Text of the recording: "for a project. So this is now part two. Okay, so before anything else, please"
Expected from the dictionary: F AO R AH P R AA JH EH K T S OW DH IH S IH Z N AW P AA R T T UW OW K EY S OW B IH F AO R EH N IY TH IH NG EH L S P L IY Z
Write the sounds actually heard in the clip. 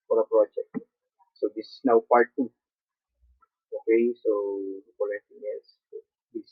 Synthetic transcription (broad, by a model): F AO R AH P R AA JH EH K T S OW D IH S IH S N AW P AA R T T UW OW K EY S OW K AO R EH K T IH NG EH S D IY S